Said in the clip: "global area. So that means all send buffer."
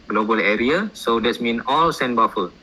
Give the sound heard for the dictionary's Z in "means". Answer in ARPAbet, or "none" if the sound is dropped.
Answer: none